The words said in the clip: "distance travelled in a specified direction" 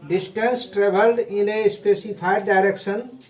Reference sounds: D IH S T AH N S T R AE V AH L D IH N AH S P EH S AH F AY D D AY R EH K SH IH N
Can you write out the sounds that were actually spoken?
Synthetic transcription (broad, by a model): D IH S T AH N S T R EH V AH L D IH N AH S P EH S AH P AY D D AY R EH K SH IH N